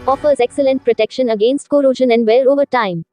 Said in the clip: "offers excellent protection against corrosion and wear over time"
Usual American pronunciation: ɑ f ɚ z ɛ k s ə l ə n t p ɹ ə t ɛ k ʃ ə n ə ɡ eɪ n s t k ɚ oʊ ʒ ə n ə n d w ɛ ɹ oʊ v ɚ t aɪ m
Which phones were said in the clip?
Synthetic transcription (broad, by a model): ɑ f ɚ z ɛ k s ə l ə n t p ɹ ə t ɛ k ʃ ə n ə ɡ eɪ n s t k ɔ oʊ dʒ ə n ə n d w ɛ l oʊ v ɚ t aɪ m